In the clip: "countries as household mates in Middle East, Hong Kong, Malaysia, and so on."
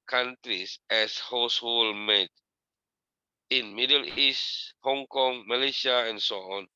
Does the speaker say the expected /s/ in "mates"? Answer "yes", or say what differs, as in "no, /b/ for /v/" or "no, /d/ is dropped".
no, /s/ is dropped